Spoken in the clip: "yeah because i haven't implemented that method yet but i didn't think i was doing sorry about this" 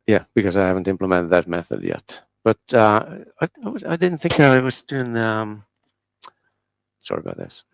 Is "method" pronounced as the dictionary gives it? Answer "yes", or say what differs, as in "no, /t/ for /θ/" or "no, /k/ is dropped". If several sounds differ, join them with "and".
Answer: yes